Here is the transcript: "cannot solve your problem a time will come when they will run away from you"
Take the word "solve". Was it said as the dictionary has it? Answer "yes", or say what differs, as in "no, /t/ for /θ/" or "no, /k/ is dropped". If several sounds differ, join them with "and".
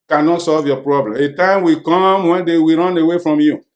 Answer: yes